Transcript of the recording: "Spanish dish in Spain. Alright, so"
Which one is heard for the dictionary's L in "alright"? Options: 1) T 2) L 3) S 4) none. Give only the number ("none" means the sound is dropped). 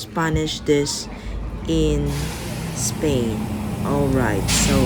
2